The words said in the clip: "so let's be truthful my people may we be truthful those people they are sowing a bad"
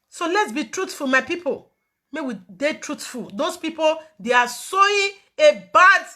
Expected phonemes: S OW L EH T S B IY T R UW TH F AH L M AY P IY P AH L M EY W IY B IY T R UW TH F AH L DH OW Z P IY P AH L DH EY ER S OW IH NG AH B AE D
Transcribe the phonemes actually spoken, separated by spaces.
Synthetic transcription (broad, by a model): S OW L EH T S B IY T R UW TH F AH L M AY P IY P AH L M EY W IY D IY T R UW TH F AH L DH OW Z P IY P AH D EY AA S OW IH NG AH B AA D